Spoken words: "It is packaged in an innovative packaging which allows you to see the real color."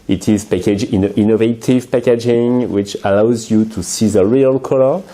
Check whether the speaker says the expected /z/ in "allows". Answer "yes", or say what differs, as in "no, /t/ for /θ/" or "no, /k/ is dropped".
yes